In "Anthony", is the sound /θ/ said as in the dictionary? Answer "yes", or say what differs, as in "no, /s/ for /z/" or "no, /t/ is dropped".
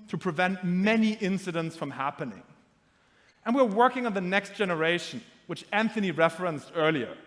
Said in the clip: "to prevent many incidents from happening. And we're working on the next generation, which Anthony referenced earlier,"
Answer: yes